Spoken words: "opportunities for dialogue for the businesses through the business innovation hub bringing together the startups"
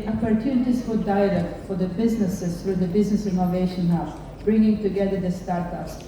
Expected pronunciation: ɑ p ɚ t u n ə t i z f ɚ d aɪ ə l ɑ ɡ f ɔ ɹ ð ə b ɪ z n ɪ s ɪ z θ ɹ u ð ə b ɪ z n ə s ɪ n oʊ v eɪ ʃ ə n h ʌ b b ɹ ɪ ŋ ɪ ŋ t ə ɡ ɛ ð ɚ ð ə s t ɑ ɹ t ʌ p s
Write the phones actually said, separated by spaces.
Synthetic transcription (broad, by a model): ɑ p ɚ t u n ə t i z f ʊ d aɪ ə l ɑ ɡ f ɔ ɹ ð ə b ɪ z n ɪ s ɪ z θ ɹ u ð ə b ɪ z n ə s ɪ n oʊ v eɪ ʃ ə n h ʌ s b ɹ ɪ ŋ ɪ ŋ t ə ɡ ɛ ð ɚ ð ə s t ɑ ɹ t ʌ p s